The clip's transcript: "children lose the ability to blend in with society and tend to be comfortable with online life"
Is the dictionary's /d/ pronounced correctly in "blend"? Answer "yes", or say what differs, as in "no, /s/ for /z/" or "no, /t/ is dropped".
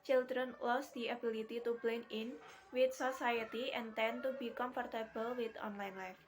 no, /d/ is dropped